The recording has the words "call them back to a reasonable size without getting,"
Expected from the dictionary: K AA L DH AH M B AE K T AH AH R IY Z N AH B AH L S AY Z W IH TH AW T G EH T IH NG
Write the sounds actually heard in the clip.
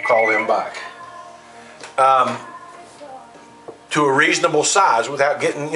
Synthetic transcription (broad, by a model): K AA L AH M B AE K T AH AH R IY Z N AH B L S AY Z W IH TH AW T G EH T IH NG